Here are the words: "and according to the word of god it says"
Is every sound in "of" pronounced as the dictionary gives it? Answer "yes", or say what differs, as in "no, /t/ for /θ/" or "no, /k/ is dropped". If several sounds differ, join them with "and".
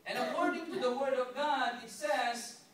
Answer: yes